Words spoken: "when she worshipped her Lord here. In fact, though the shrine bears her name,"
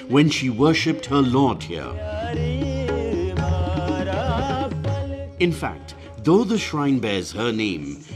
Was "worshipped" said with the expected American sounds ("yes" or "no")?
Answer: yes